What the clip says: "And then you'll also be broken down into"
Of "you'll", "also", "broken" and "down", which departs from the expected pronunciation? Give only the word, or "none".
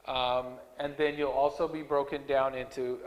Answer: none